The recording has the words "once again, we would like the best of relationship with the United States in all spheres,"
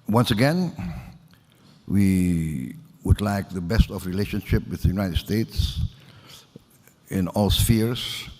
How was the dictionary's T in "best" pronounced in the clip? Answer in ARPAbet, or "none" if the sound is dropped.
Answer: T